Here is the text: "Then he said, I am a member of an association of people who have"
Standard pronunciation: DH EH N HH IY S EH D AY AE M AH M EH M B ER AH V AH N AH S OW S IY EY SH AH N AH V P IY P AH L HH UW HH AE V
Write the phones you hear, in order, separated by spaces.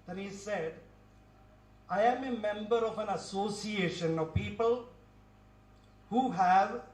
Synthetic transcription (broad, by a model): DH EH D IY S EH D AY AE M AH M EH M B ER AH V AH N AH S OW S IY EY SH AH N AH V P IY P AH L HH UW HH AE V